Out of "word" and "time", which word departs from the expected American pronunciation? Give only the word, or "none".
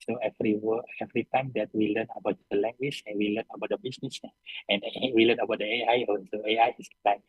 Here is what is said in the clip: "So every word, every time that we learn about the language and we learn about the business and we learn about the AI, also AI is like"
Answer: word